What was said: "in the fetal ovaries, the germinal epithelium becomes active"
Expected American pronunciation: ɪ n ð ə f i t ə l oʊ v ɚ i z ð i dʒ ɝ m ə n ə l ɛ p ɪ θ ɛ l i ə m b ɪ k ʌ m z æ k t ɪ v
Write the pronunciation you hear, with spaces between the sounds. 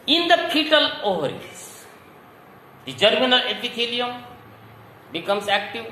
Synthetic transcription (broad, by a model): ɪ n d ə p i t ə l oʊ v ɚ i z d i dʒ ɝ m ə n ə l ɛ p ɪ t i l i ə m b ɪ k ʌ m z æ k t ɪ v